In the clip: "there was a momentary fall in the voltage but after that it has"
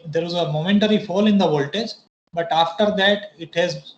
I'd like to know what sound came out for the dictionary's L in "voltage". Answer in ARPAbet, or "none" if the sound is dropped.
L